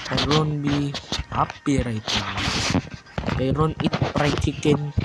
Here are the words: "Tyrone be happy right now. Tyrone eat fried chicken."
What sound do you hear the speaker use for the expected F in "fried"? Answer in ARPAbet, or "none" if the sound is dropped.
P